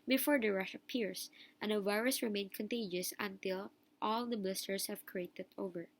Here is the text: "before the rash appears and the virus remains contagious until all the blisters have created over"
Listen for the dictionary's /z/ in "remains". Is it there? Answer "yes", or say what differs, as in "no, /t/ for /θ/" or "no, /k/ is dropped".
no, /z/ is dropped